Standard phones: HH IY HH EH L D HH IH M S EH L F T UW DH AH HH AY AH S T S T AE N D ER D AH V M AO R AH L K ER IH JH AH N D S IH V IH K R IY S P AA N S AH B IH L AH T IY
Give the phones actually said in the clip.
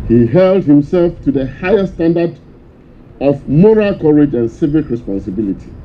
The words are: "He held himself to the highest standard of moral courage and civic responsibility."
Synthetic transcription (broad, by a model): HH IY HH EH L D HH IH M S EH L F T UW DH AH HH AY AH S S T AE N D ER D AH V M AO R AH L K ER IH JH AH N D S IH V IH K R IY S P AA N S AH B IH L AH T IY